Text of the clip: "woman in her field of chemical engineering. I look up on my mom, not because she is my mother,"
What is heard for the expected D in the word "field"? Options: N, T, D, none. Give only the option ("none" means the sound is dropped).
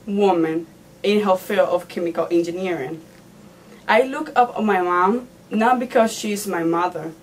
none